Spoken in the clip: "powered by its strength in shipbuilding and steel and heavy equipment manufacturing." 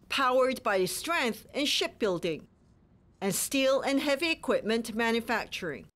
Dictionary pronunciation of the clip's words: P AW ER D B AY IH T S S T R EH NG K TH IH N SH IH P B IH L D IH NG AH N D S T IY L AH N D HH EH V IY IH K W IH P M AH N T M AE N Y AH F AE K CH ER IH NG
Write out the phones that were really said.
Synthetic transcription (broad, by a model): P AW ER D B AY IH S S T R EH NG K TH IH N SH IH P B IH L D IH NG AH N S T IY L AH N HH EH V IY IH K W IH P M AH N T M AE N Y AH F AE K CH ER IH NG